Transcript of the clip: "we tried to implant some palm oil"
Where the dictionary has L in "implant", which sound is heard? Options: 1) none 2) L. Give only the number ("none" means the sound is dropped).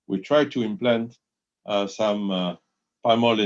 2